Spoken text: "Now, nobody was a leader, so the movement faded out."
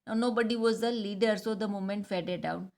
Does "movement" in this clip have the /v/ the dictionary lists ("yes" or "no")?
no